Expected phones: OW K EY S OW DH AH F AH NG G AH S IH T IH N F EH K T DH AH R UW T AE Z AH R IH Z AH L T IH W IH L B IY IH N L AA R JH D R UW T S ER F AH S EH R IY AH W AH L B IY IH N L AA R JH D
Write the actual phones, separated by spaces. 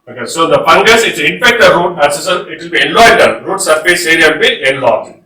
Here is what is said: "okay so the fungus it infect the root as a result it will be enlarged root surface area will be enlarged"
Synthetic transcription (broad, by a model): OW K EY S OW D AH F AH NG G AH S IH T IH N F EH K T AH R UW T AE S AH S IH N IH T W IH L B IY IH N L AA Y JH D R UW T S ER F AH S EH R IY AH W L B IY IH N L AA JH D